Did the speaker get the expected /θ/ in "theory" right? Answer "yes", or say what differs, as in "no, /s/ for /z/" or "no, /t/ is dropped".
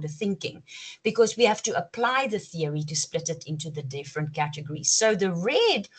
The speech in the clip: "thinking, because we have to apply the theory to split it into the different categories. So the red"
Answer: yes